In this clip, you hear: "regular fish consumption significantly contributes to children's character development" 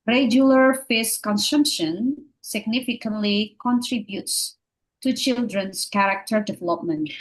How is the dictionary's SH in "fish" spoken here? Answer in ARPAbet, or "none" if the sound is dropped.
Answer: S